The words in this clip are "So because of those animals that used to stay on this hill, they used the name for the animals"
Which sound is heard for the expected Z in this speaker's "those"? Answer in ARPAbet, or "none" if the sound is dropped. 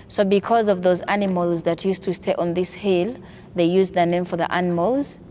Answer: Z